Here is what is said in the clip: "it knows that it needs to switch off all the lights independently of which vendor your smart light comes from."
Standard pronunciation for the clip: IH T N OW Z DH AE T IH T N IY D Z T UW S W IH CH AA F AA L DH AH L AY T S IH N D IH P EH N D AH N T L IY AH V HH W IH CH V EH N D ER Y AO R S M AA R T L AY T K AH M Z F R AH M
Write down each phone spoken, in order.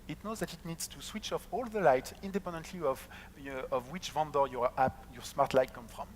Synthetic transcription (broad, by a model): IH T N OW Z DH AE T IH T N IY D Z T UW S W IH CH AA F AA L DH AH L AY T IH N D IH P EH N D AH N T L IY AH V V W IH CH V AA N D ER Y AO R S M AA R T L AY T K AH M F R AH M